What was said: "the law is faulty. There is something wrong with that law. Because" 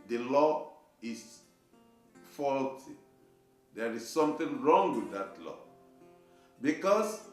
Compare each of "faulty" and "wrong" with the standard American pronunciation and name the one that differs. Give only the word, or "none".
none